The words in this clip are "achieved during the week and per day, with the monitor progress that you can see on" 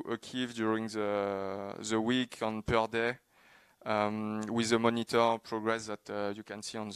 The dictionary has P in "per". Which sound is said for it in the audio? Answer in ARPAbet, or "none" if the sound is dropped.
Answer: P